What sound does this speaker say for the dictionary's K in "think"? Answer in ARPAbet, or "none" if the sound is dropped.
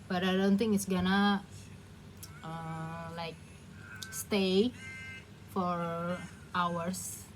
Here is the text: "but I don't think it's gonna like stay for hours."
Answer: none